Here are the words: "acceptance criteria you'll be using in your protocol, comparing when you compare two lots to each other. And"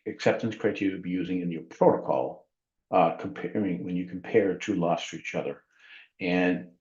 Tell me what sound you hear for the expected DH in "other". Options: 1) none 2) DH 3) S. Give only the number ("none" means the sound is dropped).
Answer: 2